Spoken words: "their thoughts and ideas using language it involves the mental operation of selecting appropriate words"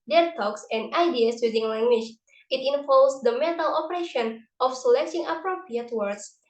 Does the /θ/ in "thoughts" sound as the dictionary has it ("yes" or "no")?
no